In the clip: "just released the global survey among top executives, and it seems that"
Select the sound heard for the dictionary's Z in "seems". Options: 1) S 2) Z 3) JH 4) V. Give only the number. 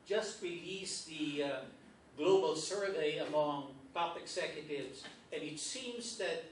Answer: 2